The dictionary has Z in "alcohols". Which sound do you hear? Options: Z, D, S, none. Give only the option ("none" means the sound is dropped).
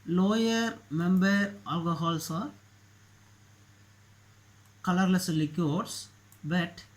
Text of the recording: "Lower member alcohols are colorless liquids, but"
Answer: S